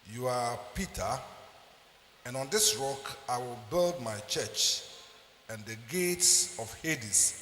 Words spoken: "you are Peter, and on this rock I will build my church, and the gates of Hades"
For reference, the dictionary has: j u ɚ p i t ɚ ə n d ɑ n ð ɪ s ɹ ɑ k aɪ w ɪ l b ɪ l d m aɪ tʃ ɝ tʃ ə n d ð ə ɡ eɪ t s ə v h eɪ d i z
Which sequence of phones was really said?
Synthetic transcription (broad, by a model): j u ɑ p i t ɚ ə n ɑ n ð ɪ s ɹ ɑ k aɪ w ɪ l b ɪ l d m aɪ tʃ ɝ tʃ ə n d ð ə ɡ eɪ t s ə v h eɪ d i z